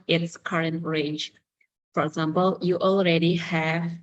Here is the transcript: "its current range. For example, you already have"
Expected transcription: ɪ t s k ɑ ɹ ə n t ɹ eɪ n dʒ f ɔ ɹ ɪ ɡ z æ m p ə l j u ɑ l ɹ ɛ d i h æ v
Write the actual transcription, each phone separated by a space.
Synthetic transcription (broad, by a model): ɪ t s k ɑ ɹ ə n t ɹ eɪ dʒ f ɔ ɹ ɪ ɡ z æ m p ə l j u ɑ l ɹ ɛ d i h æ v